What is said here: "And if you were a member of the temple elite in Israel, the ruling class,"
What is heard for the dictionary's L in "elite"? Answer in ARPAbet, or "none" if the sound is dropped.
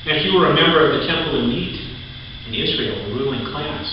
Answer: N